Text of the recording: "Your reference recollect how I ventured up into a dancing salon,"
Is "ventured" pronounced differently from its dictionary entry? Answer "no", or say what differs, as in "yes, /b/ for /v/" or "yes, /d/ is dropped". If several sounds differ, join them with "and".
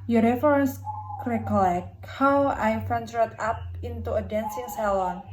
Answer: yes, /f/ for /v/